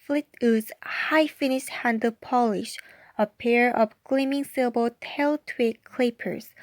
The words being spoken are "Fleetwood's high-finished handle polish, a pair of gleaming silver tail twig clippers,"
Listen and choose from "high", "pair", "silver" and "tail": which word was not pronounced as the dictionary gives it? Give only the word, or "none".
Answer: silver